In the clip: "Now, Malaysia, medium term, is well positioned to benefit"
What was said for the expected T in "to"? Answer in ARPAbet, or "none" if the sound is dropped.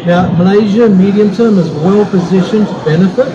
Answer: T